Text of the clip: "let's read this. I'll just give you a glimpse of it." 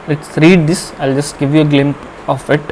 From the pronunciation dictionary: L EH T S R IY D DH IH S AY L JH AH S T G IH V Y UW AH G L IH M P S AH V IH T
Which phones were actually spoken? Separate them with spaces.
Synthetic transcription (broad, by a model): L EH T S R IY D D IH S AY L JH AH S T G IH V Y UW AH G L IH M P AH F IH T